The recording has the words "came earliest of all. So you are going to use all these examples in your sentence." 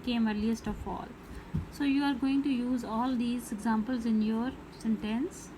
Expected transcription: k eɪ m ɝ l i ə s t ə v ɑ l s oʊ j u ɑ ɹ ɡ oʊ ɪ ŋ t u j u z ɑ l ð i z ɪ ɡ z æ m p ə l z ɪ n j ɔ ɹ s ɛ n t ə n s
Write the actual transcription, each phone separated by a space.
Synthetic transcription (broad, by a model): k eɪ m ɝ l i ə s t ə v ɑ l s oʊ j u ɑ ɹ ɡ oʊ ɪ ŋ t u j u z ɑ l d i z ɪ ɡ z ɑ m p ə l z ɪ n j ɔ ɹ s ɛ n t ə n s